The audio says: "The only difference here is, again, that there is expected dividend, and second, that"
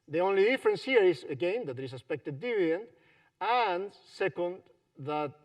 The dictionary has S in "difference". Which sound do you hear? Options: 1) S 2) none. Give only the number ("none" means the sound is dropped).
1